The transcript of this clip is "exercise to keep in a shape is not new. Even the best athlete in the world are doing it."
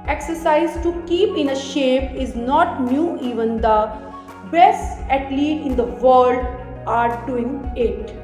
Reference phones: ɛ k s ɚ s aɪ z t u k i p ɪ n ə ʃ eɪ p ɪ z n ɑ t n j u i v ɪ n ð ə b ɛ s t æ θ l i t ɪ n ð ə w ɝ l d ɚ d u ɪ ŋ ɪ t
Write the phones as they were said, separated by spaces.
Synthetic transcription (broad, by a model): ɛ k s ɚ s aɪ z t u k i p ɪ n ə ʃ eɪ p ɪ z n ɑ t n j u i v ɪ n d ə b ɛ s æ t l i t ɪ n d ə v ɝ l d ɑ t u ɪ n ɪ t